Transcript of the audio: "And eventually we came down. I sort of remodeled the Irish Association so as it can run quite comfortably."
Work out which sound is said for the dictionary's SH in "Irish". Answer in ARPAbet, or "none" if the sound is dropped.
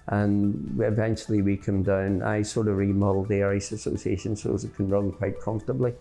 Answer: S